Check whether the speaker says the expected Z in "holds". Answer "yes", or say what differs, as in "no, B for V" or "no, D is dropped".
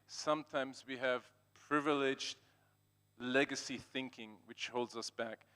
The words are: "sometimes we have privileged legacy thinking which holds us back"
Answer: yes